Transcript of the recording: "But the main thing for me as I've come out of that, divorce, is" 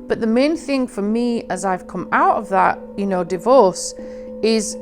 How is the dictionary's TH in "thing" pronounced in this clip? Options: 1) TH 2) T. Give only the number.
1